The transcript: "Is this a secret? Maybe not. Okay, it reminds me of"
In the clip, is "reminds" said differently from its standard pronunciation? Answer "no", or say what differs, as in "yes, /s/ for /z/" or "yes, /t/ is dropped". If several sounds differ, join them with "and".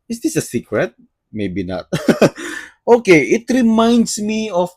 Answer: yes, /s/ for /z/